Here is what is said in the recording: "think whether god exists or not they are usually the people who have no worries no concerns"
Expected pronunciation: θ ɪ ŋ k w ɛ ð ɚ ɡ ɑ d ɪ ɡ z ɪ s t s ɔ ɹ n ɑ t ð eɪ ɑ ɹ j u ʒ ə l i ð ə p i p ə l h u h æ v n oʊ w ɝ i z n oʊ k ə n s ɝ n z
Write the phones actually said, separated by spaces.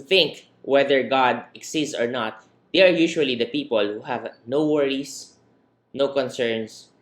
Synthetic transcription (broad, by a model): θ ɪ ŋ k w ɛ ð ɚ ɡ ɑ d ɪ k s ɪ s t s ɔ ɹ n ɑ t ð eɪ ɑ ɹ j u ʃ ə l i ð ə p i p ə l h u h æ v n oʊ w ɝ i s n oʊ k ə n s ɝ n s